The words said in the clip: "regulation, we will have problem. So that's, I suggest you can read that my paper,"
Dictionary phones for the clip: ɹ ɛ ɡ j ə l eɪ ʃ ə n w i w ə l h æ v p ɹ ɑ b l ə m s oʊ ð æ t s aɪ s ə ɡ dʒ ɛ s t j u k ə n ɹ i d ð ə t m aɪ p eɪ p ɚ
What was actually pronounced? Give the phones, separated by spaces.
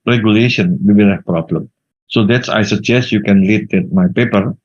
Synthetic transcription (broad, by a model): ɹ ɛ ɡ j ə l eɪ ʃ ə n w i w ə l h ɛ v p ɹ ɑ b l ə m s oʊ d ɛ t s aɪ s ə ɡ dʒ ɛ s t j u k ə n l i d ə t m aɪ p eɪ p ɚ